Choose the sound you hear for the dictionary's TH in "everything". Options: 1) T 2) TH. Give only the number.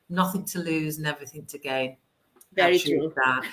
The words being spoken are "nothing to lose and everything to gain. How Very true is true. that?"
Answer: 2